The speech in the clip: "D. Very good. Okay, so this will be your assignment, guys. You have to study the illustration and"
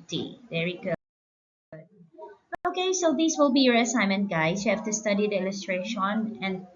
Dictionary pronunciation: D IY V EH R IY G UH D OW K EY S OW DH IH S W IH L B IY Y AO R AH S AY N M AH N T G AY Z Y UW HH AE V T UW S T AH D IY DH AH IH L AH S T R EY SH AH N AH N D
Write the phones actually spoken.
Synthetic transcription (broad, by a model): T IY V EH R IY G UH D OW K EY S OW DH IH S W IH L B IY Y AO R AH S AY M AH N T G AY S Y UW HH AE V T UW S T AH D IY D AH IH L AH S T R EY SH AH N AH N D